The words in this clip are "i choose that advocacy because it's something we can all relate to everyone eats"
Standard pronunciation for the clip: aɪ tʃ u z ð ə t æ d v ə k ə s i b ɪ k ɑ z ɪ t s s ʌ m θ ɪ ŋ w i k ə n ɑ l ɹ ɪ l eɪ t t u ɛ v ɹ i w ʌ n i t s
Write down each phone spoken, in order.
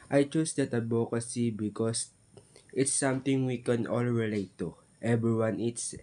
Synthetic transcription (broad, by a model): aɪ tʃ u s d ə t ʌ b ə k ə s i b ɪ k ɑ s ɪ t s s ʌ m t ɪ ŋ w i k ə n ɑ l ɹ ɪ l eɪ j t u ɛ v ɹ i w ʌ n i t s